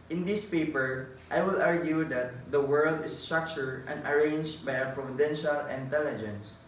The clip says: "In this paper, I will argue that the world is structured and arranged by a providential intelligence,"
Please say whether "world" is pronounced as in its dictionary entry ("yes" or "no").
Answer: yes